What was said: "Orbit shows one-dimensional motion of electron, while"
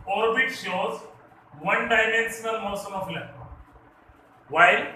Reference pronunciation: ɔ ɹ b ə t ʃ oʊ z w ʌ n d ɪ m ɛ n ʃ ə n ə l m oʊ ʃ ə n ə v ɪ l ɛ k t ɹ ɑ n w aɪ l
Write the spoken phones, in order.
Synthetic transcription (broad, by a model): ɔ ɹ b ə t ʃ oʊ z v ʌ n d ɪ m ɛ n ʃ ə n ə l m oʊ s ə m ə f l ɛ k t ɑ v aɪ l